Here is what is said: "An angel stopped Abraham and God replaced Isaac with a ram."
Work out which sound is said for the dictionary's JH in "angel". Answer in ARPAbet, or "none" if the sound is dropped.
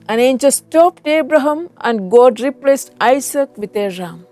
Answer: CH